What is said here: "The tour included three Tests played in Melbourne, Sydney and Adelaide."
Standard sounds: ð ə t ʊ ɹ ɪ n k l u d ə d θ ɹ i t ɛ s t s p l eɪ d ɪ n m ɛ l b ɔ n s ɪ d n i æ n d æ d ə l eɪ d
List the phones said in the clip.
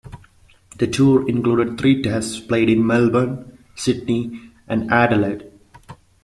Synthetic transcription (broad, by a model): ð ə t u ɹ ɪ n k l u d ə d t ɹ i t ɛ s t s p l eɪ d ɪ n m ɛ l b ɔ n s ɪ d n i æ n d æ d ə l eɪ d